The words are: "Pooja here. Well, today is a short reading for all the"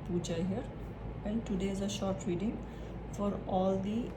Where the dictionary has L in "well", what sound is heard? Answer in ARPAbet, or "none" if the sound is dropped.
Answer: N